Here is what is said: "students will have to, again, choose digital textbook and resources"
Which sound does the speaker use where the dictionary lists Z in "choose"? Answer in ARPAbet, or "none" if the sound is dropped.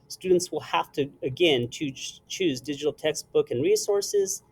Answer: Z